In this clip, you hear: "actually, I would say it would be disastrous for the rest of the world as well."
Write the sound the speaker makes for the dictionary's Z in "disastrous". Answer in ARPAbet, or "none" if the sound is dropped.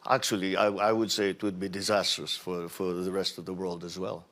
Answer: Z